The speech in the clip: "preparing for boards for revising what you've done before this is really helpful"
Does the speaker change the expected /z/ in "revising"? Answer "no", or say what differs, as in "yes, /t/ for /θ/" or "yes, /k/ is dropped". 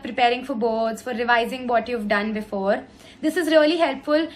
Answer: no